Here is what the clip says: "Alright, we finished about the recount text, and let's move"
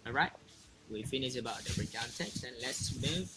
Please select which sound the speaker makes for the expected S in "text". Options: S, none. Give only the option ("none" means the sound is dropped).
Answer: S